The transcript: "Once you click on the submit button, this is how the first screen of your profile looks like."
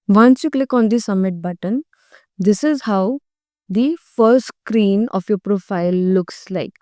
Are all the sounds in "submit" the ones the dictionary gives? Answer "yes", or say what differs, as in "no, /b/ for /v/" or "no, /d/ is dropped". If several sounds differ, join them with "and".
no, /b/ is dropped